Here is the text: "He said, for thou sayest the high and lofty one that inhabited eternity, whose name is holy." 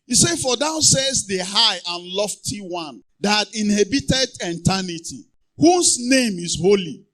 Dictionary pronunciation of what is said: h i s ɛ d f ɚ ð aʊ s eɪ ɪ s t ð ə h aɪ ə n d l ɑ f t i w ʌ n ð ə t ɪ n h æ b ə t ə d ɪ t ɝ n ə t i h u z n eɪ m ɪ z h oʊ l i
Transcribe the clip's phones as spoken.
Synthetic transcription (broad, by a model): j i s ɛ f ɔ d aʊ s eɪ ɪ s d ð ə h aɪ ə n l ɑ f t i w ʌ n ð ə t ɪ n h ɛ b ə t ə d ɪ t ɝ n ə t i h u s n eɪ m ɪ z h oʊ l i